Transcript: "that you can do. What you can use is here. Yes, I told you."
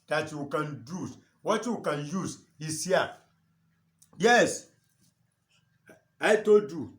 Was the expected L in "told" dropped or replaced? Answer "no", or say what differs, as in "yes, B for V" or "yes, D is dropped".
yes, L is dropped